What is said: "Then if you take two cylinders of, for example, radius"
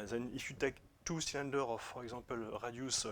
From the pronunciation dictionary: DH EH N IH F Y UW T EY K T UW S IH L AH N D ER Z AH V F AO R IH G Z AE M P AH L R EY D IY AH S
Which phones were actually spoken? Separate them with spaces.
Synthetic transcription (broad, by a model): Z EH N IH F Y UW T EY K T UW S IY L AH N D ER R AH F AO R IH G Z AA P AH L R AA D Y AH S